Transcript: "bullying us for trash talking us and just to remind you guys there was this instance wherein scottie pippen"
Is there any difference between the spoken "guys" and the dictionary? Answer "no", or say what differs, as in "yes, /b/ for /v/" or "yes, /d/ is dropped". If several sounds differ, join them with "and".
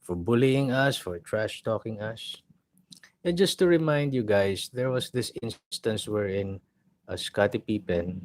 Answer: yes, /s/ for /z/